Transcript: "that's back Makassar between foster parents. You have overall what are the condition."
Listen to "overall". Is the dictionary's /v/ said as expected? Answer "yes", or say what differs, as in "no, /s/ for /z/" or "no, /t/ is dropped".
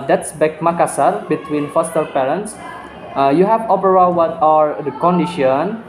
no, /p/ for /v/